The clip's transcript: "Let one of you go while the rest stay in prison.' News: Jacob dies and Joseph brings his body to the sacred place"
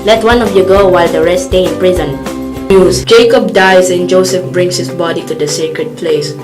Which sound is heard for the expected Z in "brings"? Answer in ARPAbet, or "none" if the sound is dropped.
S